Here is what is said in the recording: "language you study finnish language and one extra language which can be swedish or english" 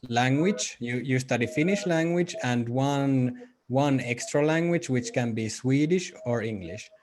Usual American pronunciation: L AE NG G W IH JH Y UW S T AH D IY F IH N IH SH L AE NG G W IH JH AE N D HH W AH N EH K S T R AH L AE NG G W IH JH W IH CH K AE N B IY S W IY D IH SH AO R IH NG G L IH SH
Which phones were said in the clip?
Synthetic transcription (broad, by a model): L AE NG G W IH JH Y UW S T AH D IY F IH N IH SH L AE NG G W IH JH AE N D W W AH N EH K S T R AH L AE NG G W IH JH W IH CH K AE N B IY S W IY D IH SH AO R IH NG G L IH SH